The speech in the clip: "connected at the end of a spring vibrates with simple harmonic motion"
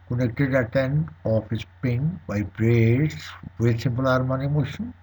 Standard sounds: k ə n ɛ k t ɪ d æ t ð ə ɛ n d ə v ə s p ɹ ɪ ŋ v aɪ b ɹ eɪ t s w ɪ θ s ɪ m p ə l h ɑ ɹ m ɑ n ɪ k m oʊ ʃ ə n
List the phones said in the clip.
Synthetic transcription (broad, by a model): k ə n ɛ k t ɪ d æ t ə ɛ n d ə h ə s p ɪ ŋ b aɪ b ɹ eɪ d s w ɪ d s ɪ m p ə l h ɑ ɹ m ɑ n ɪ m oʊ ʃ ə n